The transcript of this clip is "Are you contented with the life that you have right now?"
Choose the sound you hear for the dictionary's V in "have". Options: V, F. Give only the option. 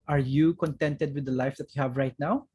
V